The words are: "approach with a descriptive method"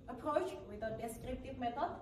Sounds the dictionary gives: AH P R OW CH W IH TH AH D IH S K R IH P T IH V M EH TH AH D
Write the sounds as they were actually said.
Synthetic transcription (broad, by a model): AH P R OW CH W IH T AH D IH S K R IH P T IH V M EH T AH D